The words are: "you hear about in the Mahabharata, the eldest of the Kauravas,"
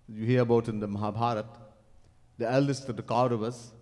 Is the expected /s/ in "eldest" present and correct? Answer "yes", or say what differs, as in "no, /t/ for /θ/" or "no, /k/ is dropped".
yes